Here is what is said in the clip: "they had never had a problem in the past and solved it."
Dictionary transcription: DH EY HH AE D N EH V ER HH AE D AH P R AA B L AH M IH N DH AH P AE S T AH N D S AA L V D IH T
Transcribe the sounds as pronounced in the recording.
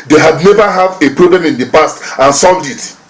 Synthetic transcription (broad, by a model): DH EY HH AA D N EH V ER HH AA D AH P R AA B L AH M IH N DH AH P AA S T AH N S AA L V D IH T